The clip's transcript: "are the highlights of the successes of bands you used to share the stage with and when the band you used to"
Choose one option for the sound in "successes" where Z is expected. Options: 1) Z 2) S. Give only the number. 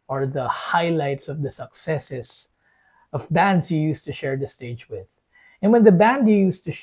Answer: 2